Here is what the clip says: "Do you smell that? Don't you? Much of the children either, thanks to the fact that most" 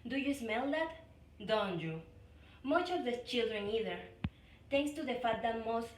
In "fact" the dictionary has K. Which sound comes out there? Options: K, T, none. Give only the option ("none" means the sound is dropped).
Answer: none